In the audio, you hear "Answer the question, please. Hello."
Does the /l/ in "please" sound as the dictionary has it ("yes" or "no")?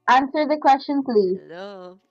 yes